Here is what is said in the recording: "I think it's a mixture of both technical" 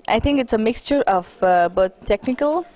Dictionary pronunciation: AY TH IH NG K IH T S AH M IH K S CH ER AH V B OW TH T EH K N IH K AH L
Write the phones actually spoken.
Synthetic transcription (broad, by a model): AY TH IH NG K IH T S AH M IH K S CH ER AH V B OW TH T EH K N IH K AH L